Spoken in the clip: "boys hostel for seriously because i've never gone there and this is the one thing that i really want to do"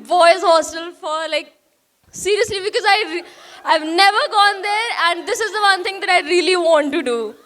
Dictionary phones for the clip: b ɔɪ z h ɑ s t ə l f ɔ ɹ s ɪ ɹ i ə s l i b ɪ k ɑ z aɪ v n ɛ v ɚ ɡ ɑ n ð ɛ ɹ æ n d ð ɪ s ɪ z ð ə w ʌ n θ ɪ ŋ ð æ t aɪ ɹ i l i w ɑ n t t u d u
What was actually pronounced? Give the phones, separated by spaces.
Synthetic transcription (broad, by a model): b ɔɪ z h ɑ s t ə l f ɔ ɹ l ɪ ɹ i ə s l i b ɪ k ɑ z aɪ v n ɛ v ɚ ɡ ɑ n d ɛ ɹ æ n d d ɪ s ɪ z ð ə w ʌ n t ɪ ŋ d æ t aɪ ɹ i l i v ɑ n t t u d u